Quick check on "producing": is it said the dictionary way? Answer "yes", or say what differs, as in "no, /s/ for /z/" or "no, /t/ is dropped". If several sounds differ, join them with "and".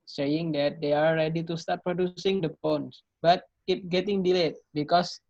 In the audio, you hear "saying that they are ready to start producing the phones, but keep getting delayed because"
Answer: yes